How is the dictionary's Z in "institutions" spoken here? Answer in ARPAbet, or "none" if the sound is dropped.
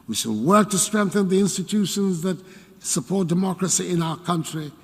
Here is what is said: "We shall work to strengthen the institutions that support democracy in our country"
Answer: Z